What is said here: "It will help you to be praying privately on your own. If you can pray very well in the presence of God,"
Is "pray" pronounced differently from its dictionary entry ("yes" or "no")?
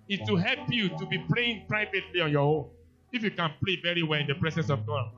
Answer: yes